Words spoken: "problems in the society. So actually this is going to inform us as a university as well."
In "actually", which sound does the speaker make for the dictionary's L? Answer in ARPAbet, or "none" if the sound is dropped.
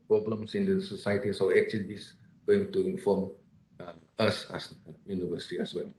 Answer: none